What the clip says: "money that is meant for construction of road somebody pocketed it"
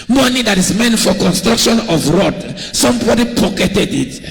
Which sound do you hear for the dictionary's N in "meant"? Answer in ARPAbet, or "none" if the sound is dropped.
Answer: N